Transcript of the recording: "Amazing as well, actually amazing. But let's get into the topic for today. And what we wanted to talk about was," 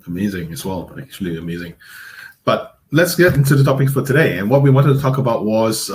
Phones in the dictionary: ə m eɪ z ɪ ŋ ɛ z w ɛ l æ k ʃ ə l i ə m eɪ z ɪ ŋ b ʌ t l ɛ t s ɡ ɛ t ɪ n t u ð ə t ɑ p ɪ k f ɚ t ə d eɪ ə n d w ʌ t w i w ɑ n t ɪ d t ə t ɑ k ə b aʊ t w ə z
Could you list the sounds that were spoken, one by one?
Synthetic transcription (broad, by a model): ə m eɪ z ɪ ŋ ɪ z w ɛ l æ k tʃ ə l i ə m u z ɪ ŋ b ʌ t l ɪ t s ɡ ɛ t ɪ n t u ð ə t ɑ p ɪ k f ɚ t ə d eɪ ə n w ʌ t w i w ɑ n t ɪ d t ə t ɑ k ə b aʊ t w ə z